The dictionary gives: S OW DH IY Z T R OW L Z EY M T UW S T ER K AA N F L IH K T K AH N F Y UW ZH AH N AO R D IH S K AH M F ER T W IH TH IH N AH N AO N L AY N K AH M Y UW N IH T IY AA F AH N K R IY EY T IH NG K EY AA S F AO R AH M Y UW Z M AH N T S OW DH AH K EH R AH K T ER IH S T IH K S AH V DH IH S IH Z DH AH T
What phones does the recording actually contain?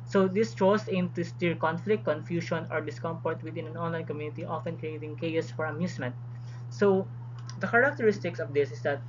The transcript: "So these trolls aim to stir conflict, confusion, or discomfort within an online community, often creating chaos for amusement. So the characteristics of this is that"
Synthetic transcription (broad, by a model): S OW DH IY S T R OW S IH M T UW S T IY K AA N F L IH K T K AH N F Y UW SH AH N AO R D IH S K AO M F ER T W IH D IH N AH N AO N L AY N K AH M Y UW N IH T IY AA F AH N K R IY EY T IH NG K EY AA S F AO R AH M Y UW S M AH N T S OW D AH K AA R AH K T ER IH S T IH K S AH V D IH S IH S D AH T